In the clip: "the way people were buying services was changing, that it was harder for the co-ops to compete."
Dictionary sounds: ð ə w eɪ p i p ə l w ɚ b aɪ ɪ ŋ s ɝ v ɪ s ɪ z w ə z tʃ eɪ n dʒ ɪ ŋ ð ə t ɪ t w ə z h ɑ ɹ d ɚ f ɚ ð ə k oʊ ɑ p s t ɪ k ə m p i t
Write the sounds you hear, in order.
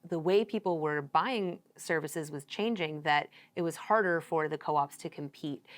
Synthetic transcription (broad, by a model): ð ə w eɪ p i p l w ɚ b aɪ ɪ ŋ s ɝ v ɪ s ɪ z w ə z tʃ eɪ n dʒ ɪ ŋ ð ə t ɪ t w ə z h ɑ ɹ d ɚ f ɚ ð ə k oʊ ɑ p s t ɪ k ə m p i t